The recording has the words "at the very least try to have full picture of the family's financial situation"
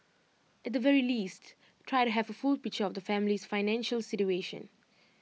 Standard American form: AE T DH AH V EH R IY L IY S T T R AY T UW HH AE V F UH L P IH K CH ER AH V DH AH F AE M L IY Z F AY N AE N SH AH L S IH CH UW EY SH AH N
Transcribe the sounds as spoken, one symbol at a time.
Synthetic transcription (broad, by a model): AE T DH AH V EH R IY L IY S T T R AY T UW HH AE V F UH L P IH K CH ER AH V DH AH F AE M L IY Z F AY N AE N SH AH L S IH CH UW EY SH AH N